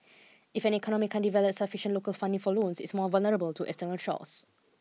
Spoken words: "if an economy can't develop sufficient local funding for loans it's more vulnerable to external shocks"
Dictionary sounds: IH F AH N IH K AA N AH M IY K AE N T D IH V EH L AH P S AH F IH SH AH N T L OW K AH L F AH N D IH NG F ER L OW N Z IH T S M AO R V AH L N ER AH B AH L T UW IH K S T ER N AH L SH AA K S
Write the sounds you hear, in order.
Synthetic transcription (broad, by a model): IH F AH N IH K AA N AH M IY K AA N D IH V EH L AH P S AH F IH SH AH N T L OW K AH L F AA N D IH NG F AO L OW N S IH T S M AO V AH L N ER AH B AH L T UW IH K S T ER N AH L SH AA S